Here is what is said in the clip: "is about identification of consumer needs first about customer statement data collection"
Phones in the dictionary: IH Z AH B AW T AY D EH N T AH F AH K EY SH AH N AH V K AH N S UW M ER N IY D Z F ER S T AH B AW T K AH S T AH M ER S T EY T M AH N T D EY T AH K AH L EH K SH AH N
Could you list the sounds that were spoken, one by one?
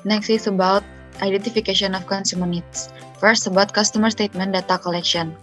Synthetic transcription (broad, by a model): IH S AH B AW T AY D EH N T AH F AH K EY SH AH N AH F K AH N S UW M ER N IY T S F ER S T AH B AW T K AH S T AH M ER S T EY T M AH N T D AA T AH K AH L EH K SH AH N